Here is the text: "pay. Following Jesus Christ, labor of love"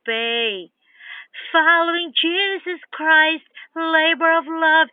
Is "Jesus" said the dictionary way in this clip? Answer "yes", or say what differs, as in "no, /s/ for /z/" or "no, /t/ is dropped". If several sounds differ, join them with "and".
yes